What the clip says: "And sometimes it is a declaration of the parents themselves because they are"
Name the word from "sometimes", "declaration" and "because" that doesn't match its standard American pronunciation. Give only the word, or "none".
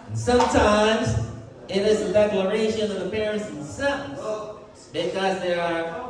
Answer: none